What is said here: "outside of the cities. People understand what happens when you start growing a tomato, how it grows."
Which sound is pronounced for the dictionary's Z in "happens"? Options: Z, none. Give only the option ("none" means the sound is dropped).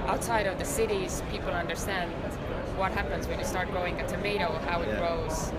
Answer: Z